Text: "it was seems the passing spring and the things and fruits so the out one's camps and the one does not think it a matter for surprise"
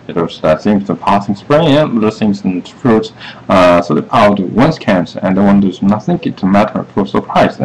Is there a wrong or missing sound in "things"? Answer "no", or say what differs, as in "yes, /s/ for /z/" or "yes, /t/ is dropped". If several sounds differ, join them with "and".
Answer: yes, /s/ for /θ/